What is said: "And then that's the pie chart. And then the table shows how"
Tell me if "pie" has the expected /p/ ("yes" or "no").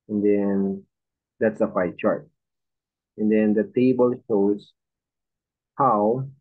no